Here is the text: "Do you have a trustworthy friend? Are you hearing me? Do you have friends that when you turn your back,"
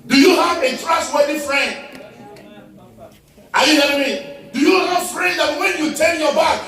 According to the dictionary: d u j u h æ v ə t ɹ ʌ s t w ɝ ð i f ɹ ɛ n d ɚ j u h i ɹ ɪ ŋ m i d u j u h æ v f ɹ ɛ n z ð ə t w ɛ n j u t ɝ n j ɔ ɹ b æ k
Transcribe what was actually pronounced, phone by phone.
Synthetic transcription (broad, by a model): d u j u h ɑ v ə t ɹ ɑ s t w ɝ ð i f ɹ ɛ n d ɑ j u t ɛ l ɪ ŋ m i d u j u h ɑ f ɹ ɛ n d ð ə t w ɛ n j u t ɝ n j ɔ b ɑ k